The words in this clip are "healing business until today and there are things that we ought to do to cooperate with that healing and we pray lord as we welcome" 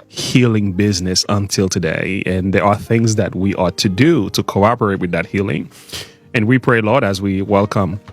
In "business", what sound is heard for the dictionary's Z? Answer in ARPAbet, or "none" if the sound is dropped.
Z